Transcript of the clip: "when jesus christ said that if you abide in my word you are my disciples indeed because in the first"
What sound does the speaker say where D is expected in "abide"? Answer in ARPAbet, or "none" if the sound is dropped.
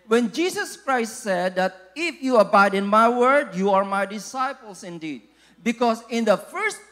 D